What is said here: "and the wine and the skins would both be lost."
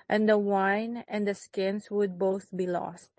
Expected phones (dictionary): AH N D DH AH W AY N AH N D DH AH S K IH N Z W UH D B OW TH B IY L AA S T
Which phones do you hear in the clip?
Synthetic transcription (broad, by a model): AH N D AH W AY N AH N D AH S K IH N S W UH D B OW TH B IY L AA S T